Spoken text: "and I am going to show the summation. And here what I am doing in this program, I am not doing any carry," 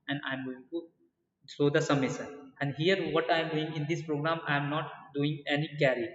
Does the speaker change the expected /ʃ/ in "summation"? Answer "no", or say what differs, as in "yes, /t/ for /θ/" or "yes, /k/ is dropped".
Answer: yes, /s/ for /ʃ/